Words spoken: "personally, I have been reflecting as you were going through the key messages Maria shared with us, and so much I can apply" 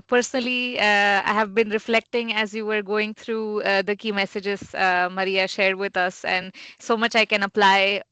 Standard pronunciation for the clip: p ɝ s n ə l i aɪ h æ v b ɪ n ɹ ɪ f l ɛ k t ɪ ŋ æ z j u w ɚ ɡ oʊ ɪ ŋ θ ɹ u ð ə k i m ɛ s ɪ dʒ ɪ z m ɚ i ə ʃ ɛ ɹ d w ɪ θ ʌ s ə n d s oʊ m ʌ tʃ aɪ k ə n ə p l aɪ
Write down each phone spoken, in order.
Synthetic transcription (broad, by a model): p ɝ s n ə l i aɪ h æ v b ɪ n ɹ ɪ f l ɛ k t ɪ ŋ æ z j u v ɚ ɡ oʊ ɪ ŋ t ɹ u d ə k i m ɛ s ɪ dʒ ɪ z m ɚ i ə ʃ ɛ ɹ d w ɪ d ʌ s ə n d s oʊ m ʌ tʃ aɪ k ə n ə p l aɪ